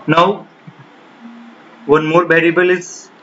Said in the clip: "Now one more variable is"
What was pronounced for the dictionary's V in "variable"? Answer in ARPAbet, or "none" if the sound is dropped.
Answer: B